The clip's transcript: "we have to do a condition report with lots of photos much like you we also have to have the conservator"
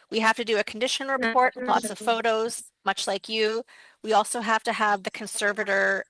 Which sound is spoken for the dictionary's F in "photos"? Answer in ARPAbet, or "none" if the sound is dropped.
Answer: F